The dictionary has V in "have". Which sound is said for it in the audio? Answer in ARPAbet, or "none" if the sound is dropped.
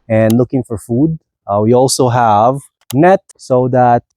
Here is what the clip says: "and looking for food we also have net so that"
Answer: V